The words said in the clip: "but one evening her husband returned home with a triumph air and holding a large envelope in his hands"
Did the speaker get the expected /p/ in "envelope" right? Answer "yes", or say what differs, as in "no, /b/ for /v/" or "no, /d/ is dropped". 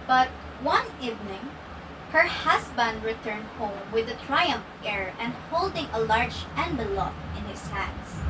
no, /f/ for /p/